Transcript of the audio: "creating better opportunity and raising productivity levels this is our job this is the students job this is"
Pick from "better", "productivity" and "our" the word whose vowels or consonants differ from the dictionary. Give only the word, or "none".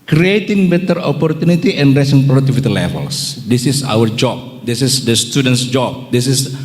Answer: productivity